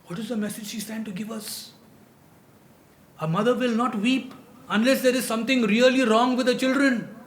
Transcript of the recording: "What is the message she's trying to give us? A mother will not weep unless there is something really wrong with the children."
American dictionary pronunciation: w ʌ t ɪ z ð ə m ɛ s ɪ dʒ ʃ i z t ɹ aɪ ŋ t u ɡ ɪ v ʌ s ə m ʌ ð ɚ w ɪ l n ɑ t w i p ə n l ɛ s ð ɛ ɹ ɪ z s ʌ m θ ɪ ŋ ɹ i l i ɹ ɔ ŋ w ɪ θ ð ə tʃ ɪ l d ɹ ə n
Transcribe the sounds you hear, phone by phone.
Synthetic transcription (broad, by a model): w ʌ t ɪ z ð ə m ɛ s ɪ dʒ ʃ i s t æ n t u ɡ ɪ v ʌ s ə m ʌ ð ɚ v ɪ l n ɑ t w i p ə n l ɛ s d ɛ ɹ ɪ z s ʌ m t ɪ ŋ ɹ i l i ɹ ɔ ŋ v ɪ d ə tʃ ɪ l d ɹ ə n